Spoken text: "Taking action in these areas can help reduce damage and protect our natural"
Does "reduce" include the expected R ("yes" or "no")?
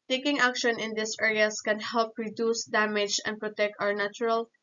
yes